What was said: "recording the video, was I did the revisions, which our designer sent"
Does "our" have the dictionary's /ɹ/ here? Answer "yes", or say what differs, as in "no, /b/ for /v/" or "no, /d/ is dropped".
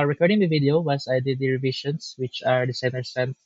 yes